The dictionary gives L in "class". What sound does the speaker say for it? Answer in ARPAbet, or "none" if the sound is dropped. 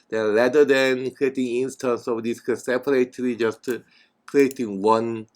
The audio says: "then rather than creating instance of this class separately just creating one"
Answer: none